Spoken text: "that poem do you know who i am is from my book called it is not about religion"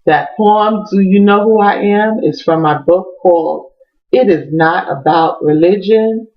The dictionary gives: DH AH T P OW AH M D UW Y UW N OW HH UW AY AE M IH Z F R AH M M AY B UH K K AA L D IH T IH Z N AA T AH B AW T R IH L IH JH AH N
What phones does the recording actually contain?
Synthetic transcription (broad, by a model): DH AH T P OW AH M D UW Y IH N OW HH UW AY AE M IH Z F R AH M M AY B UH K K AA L IH T IH Z N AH T AH B AW T R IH L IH JH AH N